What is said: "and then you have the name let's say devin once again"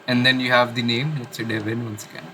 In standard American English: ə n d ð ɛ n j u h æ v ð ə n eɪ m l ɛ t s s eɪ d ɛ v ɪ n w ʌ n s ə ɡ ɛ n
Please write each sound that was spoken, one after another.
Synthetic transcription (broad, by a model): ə n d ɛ n j u h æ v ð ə n eɪ m n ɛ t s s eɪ d ɛ v ɪ n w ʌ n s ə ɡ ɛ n